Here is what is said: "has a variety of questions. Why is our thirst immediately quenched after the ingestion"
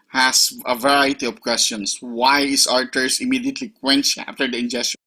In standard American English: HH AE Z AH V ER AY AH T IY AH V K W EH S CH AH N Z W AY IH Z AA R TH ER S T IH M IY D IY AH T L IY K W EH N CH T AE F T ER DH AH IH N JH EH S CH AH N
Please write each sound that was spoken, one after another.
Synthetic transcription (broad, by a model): HH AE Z AH V ER AY AH T IY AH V K W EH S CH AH N S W AY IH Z AA R T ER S IH M IY D IY AH T L IY K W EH N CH AE F T ER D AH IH N JH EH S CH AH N